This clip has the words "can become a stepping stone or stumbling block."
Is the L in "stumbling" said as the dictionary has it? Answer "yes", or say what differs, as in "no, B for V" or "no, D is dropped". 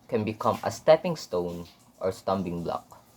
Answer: no, L is dropped